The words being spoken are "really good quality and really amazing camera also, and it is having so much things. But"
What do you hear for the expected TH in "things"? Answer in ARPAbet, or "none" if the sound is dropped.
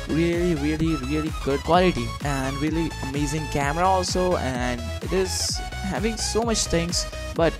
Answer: T